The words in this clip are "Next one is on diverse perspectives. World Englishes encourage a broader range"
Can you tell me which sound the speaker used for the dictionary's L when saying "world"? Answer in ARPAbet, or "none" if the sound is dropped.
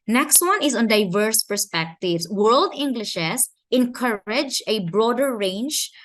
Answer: L